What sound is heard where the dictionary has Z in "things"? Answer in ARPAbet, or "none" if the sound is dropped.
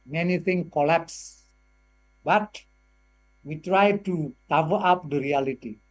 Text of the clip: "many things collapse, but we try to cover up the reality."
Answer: none